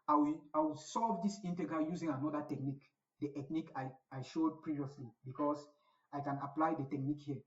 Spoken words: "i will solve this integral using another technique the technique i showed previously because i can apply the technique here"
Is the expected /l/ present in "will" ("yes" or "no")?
no